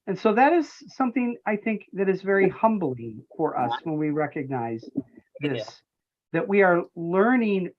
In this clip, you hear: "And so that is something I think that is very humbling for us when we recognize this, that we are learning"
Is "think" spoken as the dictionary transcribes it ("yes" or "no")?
yes